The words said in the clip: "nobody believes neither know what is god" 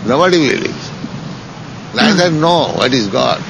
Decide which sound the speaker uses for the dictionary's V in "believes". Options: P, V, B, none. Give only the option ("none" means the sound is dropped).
none